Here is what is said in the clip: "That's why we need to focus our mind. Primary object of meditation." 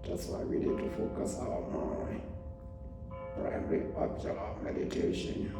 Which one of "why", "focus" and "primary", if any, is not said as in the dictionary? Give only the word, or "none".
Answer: primary